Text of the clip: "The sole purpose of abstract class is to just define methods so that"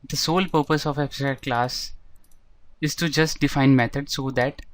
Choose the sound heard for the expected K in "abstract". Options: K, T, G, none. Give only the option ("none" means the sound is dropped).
none